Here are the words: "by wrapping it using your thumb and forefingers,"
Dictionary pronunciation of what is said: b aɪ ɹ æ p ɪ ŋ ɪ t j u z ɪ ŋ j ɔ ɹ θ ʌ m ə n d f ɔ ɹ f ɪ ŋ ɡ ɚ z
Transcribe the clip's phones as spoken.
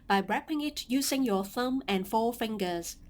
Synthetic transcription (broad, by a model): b aɪ ɹ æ p ɪ ŋ ɪ t j u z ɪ ŋ j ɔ θ ʌ m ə n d f ɔ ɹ f ɪ ŋ ɡ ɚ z